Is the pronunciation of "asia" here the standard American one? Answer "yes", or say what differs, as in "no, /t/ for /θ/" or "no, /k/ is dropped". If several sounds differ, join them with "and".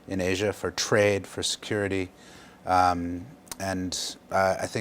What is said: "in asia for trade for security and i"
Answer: yes